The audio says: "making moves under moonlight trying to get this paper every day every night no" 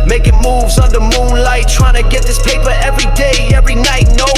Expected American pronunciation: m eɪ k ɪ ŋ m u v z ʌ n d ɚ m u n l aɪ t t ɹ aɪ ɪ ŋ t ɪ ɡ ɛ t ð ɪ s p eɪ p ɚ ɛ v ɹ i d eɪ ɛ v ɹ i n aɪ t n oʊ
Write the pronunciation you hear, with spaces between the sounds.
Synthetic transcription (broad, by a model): m eɪ k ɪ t m u v z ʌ n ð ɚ m u n l aɪ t t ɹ aɪ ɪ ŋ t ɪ ɡ ɛ t ð ɪ s p eɪ p ɚ ɛ v ɹ i d eɪ ɛ v ɹ i n aɪ t n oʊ